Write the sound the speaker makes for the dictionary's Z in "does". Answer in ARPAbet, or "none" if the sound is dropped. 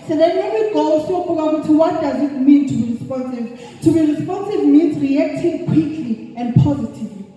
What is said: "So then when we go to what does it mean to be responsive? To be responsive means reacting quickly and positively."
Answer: Z